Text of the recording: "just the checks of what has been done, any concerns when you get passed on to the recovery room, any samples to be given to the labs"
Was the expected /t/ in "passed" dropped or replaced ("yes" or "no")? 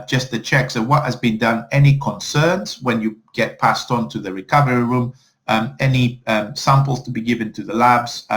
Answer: no